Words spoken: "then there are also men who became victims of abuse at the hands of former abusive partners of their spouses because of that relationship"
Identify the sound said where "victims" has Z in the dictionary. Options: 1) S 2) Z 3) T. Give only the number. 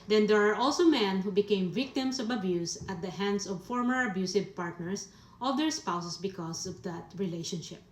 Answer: 1